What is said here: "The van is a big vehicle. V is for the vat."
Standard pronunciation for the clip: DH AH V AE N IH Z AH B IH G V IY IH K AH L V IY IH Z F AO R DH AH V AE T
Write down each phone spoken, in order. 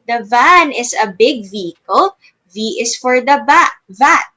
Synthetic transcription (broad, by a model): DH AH V AE N IH S AH B IH G V IY IH K AH L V IY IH S F AO R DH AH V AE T